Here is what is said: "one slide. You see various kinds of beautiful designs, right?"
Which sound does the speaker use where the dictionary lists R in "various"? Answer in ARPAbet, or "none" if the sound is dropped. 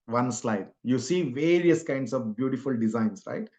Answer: R